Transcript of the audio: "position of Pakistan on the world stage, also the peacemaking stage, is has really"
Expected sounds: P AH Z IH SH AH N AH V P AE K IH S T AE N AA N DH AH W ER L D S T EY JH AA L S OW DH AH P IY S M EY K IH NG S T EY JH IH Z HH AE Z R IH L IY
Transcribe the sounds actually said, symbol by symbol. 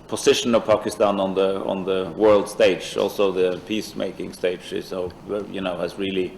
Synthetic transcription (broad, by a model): P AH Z IH SH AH N AH V P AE K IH S T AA N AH N DH AH W ER L D S T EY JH AA L S OW DH AH P IY S M EY K IH NG S T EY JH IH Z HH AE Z R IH L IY